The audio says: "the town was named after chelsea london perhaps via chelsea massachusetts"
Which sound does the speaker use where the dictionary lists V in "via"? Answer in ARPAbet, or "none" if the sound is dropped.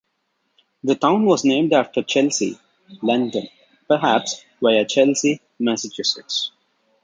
B